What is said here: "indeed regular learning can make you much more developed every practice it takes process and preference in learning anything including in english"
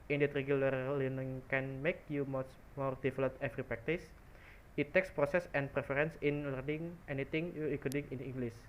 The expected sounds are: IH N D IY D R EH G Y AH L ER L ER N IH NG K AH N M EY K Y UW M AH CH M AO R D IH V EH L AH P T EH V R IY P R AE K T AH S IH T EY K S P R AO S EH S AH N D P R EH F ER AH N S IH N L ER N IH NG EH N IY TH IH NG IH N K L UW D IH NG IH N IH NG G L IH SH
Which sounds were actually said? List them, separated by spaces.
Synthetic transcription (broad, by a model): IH N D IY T R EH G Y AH L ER L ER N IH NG K AH N M EY K Y UW M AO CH M AO R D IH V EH L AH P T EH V R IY P R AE K T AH S IH T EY K S P R AO S EH S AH N P R EH F ER AH N S IH N L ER N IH NG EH N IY T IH NG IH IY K UW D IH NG IH N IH NG G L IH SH